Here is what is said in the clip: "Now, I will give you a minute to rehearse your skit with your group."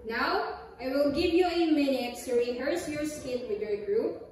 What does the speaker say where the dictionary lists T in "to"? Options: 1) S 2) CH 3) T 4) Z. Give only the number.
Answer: 1